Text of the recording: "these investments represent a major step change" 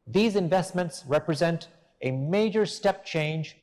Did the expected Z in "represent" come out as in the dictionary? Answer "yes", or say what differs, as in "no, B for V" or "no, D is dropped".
yes